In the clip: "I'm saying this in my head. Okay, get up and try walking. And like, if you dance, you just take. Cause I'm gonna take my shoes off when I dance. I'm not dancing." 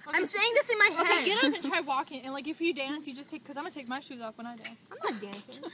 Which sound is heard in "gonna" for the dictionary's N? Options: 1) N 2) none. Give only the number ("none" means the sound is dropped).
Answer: 2